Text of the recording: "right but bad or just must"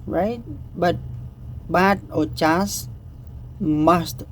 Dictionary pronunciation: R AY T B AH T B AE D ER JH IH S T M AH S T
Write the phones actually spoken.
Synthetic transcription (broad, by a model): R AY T B AH T B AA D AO CH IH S M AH S T